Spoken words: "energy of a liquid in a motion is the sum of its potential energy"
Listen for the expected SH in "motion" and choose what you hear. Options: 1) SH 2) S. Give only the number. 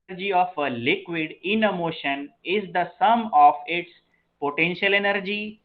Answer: 1